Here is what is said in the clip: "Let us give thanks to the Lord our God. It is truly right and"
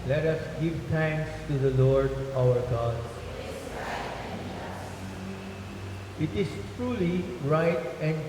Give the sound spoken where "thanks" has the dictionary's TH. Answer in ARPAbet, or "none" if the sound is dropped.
T